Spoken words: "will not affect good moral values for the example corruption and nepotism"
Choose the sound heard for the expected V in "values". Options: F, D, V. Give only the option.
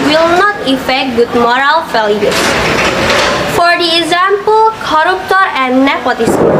F